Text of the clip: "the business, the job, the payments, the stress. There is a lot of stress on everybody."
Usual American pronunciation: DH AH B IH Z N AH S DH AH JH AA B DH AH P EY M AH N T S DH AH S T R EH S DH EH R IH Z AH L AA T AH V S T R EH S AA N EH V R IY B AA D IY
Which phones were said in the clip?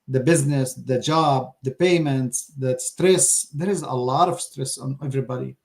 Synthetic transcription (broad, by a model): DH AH B IH Z N AH S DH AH JH AA B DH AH P EY M AH N T S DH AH S T R EH S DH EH R IH Z AH L AA T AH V S T R EH S AA N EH V R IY B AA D IY